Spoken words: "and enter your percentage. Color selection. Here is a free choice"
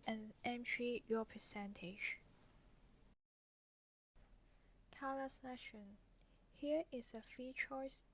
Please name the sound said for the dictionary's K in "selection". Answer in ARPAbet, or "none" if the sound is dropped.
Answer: none